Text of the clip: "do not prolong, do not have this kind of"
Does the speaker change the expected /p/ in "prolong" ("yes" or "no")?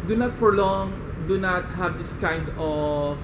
yes